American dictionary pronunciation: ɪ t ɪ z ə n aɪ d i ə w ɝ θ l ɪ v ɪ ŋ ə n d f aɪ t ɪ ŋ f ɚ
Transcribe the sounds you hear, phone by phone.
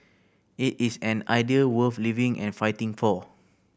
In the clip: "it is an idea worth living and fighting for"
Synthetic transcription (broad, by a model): ɪ t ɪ s ə n aɪ d i ə w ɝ f l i v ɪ ŋ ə n f aɪ t ɪ ŋ f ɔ